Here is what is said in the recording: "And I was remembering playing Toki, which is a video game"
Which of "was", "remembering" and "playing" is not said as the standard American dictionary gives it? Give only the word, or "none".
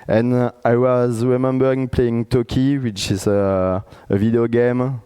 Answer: none